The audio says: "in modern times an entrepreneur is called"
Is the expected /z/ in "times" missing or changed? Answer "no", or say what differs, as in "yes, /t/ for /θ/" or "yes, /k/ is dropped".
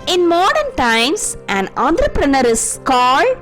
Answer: yes, /s/ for /z/